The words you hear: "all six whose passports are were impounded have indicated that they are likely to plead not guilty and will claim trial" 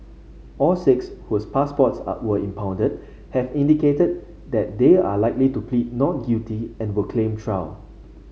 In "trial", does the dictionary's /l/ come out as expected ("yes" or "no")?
no